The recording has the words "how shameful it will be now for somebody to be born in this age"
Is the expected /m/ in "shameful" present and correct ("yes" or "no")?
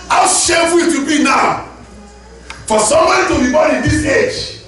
no